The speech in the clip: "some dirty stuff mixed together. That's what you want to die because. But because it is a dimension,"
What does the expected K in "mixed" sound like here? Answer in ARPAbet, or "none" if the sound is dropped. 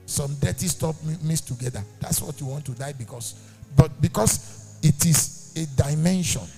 none